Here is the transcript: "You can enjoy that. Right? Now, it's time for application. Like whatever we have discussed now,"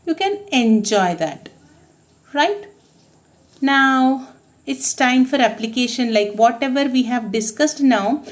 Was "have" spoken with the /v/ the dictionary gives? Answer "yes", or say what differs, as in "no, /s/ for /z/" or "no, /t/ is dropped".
yes